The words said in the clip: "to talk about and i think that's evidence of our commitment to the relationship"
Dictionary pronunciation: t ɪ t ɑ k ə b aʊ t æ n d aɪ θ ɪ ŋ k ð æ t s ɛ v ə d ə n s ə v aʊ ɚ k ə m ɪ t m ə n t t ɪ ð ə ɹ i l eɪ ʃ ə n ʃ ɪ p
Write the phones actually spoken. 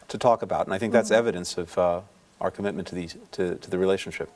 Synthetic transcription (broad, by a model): t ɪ t ɑ k ə b aʊ t n aɪ θ ɪ ŋ k ð æ t s ɛ v ə d ə n s ə v aʊ ɚ k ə m ɪ t m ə n t t ɪ ð ə ɹ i l eɪ ʃ n ʃ ɪ p